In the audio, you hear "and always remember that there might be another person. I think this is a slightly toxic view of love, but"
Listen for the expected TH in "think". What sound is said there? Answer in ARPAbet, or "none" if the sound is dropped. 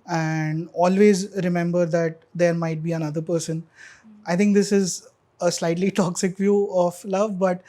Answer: T